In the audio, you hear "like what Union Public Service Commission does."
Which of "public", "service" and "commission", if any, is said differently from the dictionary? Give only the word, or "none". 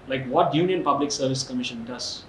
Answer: none